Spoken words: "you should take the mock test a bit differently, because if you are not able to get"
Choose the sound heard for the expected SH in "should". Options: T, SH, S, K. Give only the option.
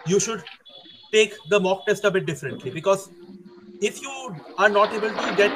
SH